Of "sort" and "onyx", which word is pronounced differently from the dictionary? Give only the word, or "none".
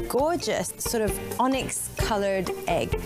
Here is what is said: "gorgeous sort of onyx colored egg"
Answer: none